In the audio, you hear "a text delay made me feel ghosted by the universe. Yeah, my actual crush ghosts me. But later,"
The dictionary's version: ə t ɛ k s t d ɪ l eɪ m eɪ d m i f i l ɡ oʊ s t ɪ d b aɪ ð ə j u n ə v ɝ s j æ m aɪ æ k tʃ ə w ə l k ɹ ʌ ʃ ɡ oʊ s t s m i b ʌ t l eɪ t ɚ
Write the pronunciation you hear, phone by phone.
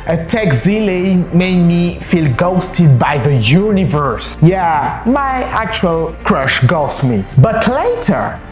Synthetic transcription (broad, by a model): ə t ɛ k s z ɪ l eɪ m eɪ d m i f i l ɡ oʊ s t ɪ d b aɪ ð ə j u n ə v ɝ s j æ m aɪ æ k tʃ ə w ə l k ɹ ʌ ʃ ɡ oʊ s s m i b ʌ t l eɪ t ɚ